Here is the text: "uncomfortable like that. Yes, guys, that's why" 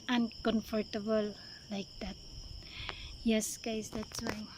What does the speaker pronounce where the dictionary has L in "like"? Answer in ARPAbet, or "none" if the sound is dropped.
L